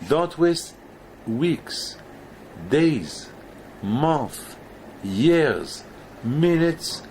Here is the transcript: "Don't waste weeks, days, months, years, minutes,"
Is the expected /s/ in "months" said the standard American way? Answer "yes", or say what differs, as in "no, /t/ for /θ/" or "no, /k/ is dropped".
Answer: no, /s/ is dropped